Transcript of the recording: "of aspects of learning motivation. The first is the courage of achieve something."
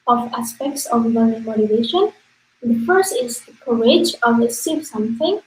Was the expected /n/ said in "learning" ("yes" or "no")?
no